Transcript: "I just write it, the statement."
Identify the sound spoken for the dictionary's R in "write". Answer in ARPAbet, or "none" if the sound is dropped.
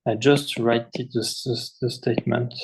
R